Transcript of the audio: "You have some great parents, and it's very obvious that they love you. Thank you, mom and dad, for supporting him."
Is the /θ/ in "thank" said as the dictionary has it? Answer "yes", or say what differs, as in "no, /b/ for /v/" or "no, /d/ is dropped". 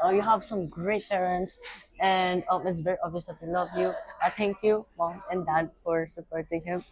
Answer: no, /t/ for /θ/